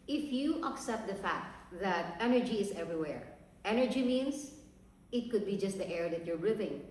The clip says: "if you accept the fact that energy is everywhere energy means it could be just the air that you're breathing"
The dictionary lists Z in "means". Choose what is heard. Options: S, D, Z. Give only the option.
S